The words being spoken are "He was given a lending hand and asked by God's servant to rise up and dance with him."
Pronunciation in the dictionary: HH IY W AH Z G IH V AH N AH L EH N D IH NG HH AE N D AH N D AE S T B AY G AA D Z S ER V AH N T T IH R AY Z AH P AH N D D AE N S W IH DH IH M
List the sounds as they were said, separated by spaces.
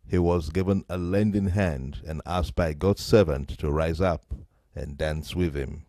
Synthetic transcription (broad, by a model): HH IY W AH Z G IH V AH N AH L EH N D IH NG HH AE N D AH N AE S T B AY G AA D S ER V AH N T T IH R AY Z AH P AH N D D AE N S W IH DH IH M